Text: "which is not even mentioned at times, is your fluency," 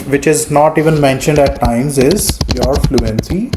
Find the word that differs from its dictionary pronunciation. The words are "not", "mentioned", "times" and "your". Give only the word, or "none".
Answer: none